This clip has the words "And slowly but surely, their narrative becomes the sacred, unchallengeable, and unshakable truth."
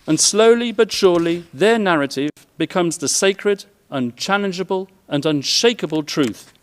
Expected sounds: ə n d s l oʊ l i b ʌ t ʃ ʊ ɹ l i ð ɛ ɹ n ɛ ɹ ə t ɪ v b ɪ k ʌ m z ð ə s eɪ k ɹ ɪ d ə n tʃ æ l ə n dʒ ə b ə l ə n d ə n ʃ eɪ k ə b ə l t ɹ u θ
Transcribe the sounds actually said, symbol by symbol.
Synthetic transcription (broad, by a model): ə n s l oʊ l i b ʌ t ʃ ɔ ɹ l i ð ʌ ɹ n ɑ ɹ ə t ɪ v b ɪ k ʌ m z ð ə s eɪ k ɹ ɪ d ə n tʃ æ l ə n dʒ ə b ə l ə n ə n ʃ eɪ k ə b ə l t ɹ u θ